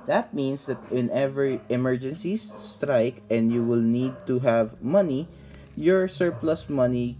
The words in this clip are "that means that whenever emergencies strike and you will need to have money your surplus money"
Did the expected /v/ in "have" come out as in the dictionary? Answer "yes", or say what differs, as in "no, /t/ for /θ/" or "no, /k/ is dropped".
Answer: yes